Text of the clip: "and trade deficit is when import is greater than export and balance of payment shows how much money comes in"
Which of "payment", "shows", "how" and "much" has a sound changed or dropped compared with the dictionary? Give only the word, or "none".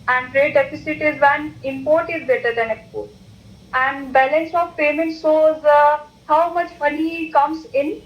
shows